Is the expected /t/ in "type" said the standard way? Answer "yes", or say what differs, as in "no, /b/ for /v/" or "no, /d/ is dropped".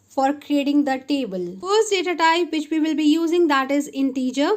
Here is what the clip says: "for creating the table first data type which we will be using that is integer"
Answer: yes